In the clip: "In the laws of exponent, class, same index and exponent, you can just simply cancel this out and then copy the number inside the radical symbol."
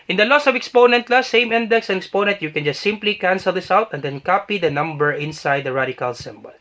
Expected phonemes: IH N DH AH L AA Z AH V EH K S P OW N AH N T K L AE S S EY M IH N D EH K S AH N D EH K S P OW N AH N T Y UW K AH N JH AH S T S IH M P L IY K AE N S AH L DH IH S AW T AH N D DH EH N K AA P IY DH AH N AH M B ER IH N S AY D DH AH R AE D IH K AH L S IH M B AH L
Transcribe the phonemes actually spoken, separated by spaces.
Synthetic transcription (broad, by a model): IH N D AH L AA S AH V EH K S P OW N AH N T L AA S S EY M IH N D EH K S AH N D EH K S P OW N AH N T Y UW K AH N JH AH S T S IH M P L IY K AE N S AH L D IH S AW T AH N D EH N K AA P IY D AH N AH M B ER IH N S AY D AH R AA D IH K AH L S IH M B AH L